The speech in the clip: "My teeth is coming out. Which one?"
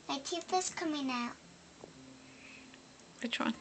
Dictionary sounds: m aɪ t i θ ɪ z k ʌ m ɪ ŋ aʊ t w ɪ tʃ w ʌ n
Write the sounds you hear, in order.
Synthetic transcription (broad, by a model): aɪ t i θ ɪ s k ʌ m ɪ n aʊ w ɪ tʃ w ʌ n